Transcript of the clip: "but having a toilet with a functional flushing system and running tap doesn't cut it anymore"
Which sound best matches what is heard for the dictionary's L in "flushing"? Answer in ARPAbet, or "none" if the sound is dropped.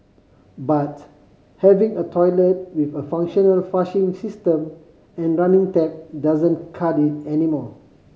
none